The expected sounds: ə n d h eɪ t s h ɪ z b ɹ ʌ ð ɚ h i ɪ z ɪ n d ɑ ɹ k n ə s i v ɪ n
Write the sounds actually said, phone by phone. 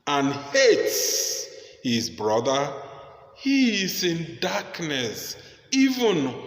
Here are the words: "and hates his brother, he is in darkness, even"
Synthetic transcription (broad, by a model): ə n h eɪ t s h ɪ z b ɹ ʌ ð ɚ h i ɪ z ɪ n d ɑ k n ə s i v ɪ n